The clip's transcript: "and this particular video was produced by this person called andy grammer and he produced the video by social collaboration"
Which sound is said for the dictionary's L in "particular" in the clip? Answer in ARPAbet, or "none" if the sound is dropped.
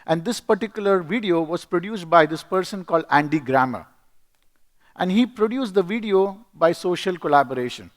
L